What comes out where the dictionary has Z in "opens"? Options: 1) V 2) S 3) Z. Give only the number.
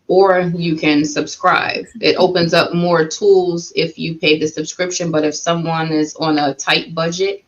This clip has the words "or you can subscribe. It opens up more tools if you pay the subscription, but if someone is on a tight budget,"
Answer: 3